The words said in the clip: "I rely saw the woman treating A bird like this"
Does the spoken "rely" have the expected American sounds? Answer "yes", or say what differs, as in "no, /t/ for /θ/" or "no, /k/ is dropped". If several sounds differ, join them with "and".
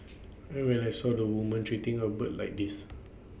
no, /w/ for /ɹ/ and /n/ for /l/